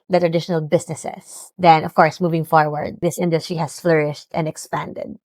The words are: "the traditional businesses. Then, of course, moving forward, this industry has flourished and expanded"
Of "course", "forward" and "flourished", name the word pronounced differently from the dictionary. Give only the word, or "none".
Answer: none